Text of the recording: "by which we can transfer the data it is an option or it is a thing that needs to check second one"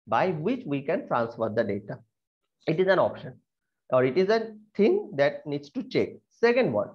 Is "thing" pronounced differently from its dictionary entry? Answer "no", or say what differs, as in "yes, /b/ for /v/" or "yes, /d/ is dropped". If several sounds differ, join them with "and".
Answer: yes, /t/ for /θ/